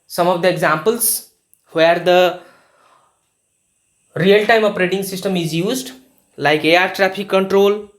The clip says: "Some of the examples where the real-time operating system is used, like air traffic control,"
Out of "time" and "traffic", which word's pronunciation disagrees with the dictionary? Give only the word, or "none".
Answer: traffic